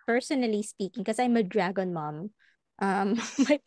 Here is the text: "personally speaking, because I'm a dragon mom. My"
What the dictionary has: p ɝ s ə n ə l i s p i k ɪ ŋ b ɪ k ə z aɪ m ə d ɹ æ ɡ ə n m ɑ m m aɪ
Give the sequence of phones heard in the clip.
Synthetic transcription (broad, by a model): p ɝ s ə n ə l i s p i k ɪ ŋ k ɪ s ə aɪ m ə d ɹ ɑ ɡ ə n m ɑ m m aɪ